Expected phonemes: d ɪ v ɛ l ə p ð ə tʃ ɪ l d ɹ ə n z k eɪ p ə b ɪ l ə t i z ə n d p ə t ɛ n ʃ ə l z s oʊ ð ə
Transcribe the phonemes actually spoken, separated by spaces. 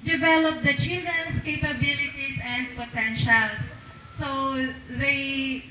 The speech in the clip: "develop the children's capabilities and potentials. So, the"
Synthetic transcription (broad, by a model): d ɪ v ɛ l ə p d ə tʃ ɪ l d ə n s k eɪ p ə b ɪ l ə t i s ə n d p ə t ɛ n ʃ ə l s s oʊ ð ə